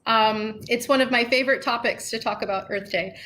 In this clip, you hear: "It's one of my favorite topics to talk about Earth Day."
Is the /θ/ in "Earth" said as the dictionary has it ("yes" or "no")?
yes